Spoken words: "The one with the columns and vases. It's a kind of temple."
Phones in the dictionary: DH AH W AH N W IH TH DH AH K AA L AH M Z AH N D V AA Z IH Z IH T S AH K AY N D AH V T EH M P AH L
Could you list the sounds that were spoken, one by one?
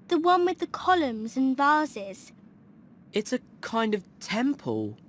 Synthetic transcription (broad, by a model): DH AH W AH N W IH DH AH K AA L AH M Z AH N V AA Z IH Z IH T S AH K AY N D AH V T EH M P AH L